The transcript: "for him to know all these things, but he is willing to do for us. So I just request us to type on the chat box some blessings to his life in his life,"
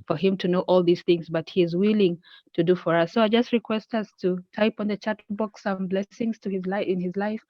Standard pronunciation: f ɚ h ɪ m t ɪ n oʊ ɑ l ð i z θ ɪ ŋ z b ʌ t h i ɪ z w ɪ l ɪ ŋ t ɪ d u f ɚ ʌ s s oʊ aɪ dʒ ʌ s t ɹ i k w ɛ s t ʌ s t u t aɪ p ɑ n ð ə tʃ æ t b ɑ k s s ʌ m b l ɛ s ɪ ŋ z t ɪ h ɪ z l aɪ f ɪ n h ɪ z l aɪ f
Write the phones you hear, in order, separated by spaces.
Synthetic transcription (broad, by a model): f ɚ h ɪ m t ɪ n oʊ ɑ l ð i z θ ɪ ŋ z b ʌ t h i ɪ z w ɪ l ɪ ŋ t ɪ d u f ɚ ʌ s s oʊ aɪ dʒ ʌ s t ɹ i k w ɛ s t ʌ s t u t aɪ p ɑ n ð ə tʃ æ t b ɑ k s s ʌ m b l ɛ s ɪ ŋ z t ɪ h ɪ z l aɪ ɪ n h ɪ z l aɪ f